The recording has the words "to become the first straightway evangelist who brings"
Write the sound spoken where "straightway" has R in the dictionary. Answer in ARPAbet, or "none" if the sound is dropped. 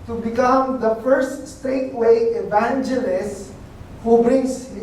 none